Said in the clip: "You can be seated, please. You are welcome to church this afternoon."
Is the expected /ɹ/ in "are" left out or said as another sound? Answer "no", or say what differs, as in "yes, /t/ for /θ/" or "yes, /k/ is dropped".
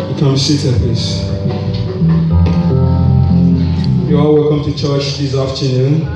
yes, /l/ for /ɹ/